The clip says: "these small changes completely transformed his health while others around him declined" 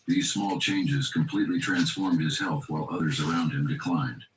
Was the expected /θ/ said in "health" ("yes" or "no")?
yes